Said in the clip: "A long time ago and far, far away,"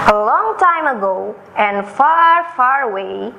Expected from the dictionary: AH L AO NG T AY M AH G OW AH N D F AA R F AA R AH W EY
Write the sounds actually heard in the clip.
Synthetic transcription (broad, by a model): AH L AO NG T AY M AH G OW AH N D F AA R F AA R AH W EY